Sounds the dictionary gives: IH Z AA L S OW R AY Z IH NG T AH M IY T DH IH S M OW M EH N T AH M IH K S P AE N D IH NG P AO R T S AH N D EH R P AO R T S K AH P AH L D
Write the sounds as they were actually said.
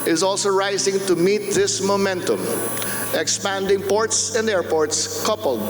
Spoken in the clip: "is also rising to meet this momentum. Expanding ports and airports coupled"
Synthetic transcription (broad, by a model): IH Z AA L S OW R AY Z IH NG T AH M IY T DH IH S M OW M EH N T AH M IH K S P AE N D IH NG P AO R T S AH N D EH R P AO R T S K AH P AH L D